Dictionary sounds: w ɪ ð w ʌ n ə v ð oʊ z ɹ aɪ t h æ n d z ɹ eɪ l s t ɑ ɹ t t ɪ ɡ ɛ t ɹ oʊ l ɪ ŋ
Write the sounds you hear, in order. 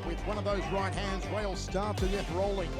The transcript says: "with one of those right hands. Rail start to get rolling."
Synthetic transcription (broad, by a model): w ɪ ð w ʌ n ə v ð oʊ z ɹ aɪ t h æ n d z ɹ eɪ l s t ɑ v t t ɪ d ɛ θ ɹ oʊ l ɪ ŋ